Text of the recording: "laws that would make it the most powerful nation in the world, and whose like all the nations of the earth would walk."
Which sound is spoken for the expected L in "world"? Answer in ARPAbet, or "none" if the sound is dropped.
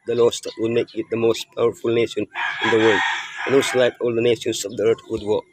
L